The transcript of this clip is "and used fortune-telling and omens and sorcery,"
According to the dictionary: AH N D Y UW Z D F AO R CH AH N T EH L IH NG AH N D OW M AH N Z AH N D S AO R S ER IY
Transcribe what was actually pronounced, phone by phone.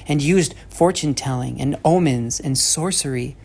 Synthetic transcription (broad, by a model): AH N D Y UW Z D F AO R CH AH N T EH L IH NG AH N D OW M AH N Z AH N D S AO R S ER IY